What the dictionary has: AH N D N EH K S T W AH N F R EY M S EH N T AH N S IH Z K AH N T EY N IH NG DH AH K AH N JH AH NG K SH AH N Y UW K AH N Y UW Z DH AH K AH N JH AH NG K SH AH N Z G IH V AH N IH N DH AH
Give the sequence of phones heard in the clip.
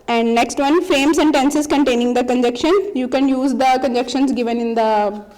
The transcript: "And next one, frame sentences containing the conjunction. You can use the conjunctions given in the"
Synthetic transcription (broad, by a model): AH N D N EH K S T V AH N F R EY M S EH N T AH N S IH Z K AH N T EY N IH NG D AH K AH N JH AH K SH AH N Y UW K AH N Y UW Z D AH K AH N JH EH K SH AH N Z G IH V AH N IH N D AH